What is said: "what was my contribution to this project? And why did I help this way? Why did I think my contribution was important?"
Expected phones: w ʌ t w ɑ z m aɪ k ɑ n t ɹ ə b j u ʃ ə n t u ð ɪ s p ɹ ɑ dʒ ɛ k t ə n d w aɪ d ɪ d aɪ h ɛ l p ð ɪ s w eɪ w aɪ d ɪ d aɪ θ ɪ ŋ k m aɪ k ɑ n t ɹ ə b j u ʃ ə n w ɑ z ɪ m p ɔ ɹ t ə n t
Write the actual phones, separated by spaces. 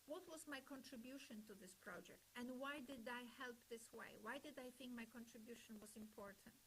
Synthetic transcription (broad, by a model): w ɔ t w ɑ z m aɪ k ɑ n t ɹ ə b j u ʃ ə n t u ð ɪ s p ɹ ɑ dʒ ɛ k t ə n d w aɪ d ɪ d aɪ h ɛ l p ð ɪ s w eɪ w aɪ d ɪ d aɪ θ ɪ ŋ k m aɪ k ɑ n t ɹ ə b j u ʃ ə n w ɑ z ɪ m p ɔ ɹ t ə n t